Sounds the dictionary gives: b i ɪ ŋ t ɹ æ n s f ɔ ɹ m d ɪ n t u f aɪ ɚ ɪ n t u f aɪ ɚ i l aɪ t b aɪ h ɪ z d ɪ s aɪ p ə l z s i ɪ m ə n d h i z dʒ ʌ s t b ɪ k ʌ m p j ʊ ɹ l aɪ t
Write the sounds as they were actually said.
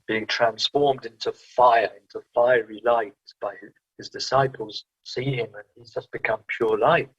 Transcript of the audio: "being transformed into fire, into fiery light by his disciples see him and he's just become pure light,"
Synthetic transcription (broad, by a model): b i ɪ ŋ t ɹ æ n s f ɔ ɹ m d ɪ n t u f aɪ ɚ ɪ n t u f aɪ ɚ i l aɪ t b aɪ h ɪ z d ɪ s aɪ p ə l z s i ɪ m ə n i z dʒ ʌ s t b ɪ k ʌ m p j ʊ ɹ l aɪ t